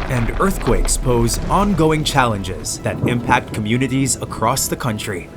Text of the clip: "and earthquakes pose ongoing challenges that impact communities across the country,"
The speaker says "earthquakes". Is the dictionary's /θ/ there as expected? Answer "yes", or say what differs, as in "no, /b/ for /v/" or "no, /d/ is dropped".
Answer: yes